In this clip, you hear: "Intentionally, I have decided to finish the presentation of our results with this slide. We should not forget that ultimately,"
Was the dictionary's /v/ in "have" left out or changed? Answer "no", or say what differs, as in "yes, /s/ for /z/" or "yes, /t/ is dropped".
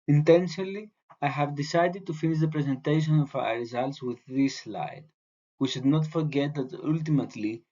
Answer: no